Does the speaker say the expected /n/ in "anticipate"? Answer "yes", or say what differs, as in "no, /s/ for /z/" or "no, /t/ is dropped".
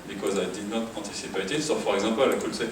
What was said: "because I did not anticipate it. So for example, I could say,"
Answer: no, /n/ is dropped